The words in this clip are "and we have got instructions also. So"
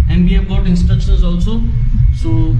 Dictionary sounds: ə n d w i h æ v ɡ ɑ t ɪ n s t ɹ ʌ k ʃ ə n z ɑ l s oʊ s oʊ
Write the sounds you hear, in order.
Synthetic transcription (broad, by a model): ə n d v i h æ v ɡ ɑ t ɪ n s t ʌ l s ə z ɑ l s oʊ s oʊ